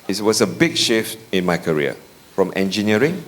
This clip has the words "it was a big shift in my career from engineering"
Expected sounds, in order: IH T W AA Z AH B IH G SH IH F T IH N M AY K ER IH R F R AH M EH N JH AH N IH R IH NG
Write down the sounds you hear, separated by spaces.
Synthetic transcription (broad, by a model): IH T W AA S AH B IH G SH IH F T IH N M AY K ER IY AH F R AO M EH N JH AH N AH R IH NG